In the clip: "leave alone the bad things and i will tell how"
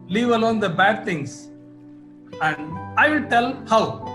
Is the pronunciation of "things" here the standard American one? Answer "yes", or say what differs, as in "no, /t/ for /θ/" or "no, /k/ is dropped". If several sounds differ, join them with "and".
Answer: no, /t/ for /θ/